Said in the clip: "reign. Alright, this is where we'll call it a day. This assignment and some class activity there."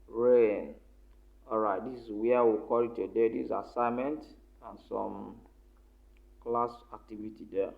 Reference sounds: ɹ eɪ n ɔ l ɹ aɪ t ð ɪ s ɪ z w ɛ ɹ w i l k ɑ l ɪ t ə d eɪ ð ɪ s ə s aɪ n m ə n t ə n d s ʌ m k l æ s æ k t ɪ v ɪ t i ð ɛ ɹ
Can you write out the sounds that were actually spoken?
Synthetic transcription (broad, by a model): ɹ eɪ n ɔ ɹ aɪ t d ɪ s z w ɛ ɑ w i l k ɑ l ɪ t ə d eɪ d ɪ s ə s aɪ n m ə n t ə n s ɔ m k l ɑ s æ k t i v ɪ t i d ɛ